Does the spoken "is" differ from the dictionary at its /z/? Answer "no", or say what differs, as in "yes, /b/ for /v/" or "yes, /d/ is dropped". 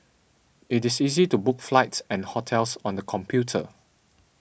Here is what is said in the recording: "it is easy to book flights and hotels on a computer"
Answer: yes, /s/ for /z/